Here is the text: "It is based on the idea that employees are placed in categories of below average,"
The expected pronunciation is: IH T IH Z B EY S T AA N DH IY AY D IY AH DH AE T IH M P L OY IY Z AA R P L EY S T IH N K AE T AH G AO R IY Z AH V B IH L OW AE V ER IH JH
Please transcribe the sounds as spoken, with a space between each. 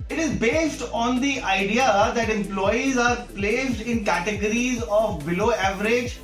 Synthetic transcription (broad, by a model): IH T IH Z B EY S T AA N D IY AY D IY AH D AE T IH M P L OY IY Z AA R P L EY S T IH N K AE T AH G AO R IY Z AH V B IH L OW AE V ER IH JH